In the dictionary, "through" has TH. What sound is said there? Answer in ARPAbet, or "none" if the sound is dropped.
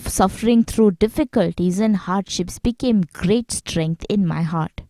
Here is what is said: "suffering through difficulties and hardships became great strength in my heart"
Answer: T